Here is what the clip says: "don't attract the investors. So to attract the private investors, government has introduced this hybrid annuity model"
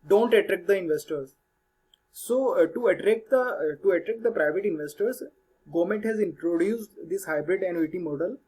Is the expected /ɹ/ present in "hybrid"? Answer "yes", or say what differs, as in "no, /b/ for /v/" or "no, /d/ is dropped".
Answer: yes